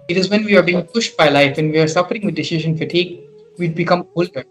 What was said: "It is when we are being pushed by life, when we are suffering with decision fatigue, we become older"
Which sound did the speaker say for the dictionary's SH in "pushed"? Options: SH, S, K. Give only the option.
SH